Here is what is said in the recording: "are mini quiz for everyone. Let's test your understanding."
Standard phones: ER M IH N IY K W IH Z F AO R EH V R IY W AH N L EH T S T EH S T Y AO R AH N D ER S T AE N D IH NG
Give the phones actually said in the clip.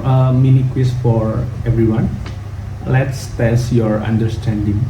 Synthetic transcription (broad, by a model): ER M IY N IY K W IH S F AO R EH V R IY W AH N L EH T S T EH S Y AO R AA N D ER S T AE N D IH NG